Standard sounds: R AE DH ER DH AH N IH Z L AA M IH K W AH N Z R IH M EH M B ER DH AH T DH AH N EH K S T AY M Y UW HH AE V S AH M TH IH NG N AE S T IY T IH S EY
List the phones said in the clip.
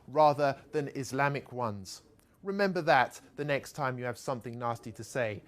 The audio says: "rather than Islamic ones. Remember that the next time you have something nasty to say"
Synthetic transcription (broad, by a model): R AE DH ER DH AH N IH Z L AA M IH K W AH N Z R IH M EH M B ER DH AH T DH AH N EH K S T AY M Y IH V S AH M TH IH NG N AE S T IY T IH S EY